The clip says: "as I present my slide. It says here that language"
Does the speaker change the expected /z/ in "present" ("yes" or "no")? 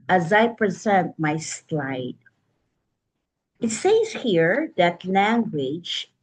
no